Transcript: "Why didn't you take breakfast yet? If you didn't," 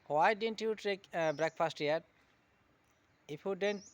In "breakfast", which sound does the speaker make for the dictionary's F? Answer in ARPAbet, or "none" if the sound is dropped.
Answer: P